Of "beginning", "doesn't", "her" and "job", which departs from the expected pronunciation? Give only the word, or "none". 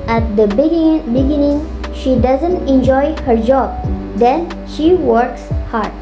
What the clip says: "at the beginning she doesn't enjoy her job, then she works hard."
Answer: none